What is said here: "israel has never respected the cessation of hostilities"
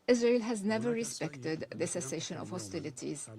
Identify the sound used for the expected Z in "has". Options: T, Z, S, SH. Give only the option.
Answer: Z